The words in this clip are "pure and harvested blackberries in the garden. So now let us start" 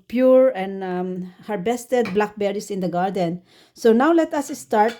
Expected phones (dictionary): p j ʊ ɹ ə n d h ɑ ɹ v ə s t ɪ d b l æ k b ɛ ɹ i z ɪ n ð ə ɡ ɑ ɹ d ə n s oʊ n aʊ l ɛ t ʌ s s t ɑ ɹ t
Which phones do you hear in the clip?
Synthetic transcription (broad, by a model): p j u ɹ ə n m h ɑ ɹ b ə s t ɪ d b l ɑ k b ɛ ɹ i s ɪ n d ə ɡ ɑ ɹ d ə n s oʊ n aʊ l ɛ t ʌ s s t ɑ ɹ t